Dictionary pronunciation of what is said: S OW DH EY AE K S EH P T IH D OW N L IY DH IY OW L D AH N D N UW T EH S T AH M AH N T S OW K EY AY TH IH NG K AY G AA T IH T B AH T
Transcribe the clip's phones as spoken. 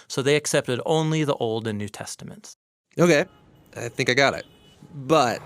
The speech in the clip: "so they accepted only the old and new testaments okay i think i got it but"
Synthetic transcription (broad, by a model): S OW DH EY AE K S EH P T IH D OW N L IY DH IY OW L D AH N N UW T EH S T AH M AH N T S OW K EY AY TH IH NG K AY G AA T IH T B AH T